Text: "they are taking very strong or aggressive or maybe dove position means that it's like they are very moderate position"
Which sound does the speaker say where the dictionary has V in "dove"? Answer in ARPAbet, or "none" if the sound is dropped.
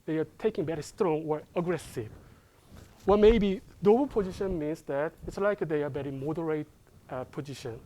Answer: B